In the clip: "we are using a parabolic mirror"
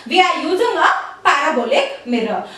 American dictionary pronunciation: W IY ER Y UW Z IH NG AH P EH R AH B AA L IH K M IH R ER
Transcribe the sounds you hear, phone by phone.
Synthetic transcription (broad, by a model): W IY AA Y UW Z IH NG AH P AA AH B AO L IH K M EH R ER